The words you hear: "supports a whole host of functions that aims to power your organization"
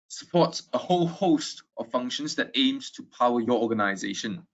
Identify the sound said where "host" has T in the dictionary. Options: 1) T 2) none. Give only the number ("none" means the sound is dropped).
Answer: 1